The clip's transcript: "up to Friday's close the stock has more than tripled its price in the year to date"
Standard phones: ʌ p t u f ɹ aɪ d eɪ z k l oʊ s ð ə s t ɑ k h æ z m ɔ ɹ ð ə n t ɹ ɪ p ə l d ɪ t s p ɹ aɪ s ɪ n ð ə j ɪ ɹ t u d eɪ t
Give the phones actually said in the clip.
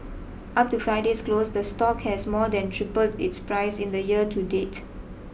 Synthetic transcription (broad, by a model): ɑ p t u f ɹ aɪ d eɪ s k l oʊ s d ə s t ɑ k h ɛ s m ɔ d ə n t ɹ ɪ p ə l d ɪ t s p ɹ aɪ s ɪ n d ə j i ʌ t u d eɪ t